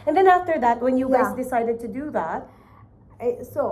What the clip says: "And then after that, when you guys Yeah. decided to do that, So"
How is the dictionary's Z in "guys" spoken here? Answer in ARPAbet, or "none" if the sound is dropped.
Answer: Z